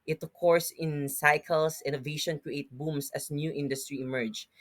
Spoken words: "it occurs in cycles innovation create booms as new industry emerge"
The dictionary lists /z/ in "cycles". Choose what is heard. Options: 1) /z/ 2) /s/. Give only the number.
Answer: 2